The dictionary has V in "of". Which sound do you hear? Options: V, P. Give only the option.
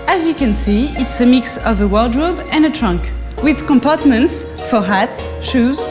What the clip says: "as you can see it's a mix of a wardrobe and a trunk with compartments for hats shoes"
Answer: V